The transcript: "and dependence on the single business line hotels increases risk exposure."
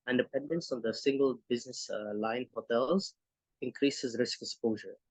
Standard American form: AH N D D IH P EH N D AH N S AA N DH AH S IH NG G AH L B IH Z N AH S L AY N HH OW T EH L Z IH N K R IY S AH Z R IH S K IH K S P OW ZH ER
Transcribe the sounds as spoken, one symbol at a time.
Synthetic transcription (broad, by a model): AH N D D IH P EH N D AH N S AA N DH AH S IH NG G AH L B IH Z N AH S L AY N HH OW T EH L Z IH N K R IY S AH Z R IH S K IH K S P OW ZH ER